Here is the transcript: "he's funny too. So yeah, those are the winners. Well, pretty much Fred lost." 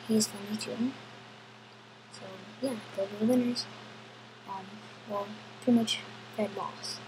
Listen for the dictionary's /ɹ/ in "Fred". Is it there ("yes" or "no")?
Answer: no